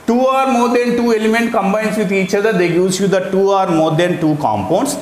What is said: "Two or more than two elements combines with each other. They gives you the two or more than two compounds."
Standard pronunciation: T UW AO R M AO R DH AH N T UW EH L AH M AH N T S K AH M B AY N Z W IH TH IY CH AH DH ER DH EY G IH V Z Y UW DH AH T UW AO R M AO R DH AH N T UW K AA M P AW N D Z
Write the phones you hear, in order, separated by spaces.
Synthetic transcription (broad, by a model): T UW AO R M AO R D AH N T UW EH L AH M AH N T K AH M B AY N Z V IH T IY CH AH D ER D EY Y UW Z Y UW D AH T UW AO R M AO R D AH N T UW K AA M P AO N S